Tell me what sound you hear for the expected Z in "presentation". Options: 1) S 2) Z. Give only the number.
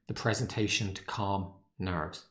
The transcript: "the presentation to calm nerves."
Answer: 2